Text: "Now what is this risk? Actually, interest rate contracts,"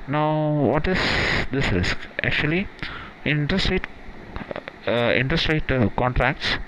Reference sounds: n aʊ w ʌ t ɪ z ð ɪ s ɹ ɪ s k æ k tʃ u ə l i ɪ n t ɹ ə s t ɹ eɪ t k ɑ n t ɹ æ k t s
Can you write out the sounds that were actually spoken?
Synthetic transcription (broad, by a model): n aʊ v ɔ t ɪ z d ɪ s ɹ ɪ s k æ k tʃ u ə l i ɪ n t ɹ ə s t ɹ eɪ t k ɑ n t ɹ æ k t s